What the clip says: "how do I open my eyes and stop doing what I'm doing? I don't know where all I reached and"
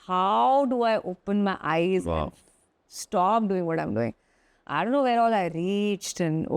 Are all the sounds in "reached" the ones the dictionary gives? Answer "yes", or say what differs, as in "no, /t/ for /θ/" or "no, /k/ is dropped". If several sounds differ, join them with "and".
yes